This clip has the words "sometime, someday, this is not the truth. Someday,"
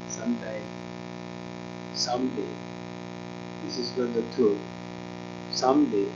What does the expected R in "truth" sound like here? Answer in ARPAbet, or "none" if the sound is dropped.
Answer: none